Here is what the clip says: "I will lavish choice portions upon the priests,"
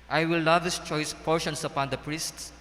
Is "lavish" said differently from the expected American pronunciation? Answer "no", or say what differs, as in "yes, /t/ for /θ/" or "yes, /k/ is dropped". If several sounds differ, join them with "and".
yes, /s/ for /ʃ/